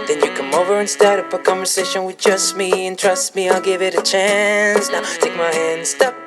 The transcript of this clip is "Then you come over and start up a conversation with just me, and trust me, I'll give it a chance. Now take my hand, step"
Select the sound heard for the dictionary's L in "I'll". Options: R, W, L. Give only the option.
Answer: L